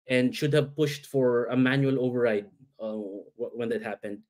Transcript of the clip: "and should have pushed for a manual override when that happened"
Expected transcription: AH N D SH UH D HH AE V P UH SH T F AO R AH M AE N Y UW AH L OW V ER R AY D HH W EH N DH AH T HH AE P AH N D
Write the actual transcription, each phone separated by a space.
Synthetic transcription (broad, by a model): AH N D SH UH D HH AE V P UH SH T F AO R AH M AE N Y UW AH L OW V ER R AY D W W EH N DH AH T HH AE P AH N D